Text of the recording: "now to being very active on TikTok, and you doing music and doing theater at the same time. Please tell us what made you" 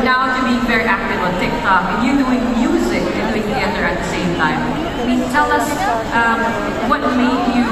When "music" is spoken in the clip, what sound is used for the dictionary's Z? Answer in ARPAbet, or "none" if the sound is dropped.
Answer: Z